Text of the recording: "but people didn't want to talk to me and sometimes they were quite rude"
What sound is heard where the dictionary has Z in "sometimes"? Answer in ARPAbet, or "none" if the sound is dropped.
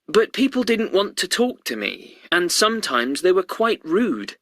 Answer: Z